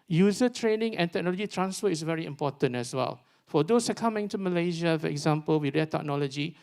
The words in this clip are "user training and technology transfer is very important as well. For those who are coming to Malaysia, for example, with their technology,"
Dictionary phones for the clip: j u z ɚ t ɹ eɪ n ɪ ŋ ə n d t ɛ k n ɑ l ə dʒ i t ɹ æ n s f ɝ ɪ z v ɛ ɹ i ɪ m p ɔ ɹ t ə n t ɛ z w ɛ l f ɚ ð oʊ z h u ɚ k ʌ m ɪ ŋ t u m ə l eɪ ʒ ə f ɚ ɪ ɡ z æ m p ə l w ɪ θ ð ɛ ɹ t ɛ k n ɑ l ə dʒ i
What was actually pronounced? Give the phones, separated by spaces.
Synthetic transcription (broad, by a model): j u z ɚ t ɹ eɪ n ɪ ŋ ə n t ɛ k n ɑ l ə dʒ i t ɹ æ n s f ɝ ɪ s v ɛ ɹ i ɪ m p ɔ t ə n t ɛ s w ɛ l f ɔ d oʊ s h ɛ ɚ k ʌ m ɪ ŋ t u m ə l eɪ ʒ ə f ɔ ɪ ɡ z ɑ m p ə l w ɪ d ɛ t ɛ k n ɑ l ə dʒ i